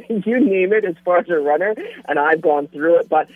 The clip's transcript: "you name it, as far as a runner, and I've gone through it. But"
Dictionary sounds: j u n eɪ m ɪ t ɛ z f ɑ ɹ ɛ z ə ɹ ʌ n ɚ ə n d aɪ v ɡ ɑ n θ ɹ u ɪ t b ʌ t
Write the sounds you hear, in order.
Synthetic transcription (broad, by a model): j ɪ n eɪ m ɪ t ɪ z f ɑ ɹ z ə ɹ ʌ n ɚ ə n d aɪ v ɡ ɑ n θ ɹ u ɪ t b ʌ t